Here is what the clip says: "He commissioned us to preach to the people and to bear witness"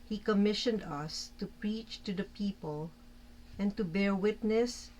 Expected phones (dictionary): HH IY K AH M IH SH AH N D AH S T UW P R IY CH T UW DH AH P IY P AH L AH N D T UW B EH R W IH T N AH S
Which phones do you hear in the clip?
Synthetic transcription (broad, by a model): HH IY K AH M IH SH AH N D AH S T UW P R IY CH T UW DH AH P IY P AH L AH N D T UW B EH R W IH T N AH S